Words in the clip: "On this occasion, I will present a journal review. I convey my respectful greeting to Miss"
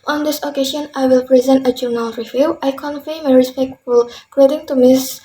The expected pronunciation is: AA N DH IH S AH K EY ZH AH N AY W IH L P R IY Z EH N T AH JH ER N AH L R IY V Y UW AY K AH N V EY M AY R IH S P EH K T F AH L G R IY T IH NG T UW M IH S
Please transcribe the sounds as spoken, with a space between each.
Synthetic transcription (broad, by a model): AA N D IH S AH K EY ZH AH N AY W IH L P R IY Z EH N T AH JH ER N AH L R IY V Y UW AY K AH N F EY M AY R IH S P EH K T F AH L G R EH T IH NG T UW M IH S